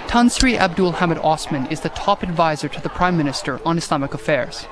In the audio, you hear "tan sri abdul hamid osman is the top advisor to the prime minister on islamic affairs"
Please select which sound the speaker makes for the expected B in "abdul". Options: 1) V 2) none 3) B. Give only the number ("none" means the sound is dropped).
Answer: 3